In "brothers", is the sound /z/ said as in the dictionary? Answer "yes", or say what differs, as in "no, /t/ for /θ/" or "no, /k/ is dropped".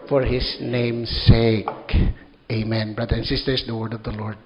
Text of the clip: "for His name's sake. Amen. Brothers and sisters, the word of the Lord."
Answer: no, /z/ is dropped